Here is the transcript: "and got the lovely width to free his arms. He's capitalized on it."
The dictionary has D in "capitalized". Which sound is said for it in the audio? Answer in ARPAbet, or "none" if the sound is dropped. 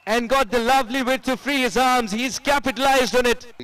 D